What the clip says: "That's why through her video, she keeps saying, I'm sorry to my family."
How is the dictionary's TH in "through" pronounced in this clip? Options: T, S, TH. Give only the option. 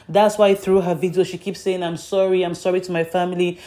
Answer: TH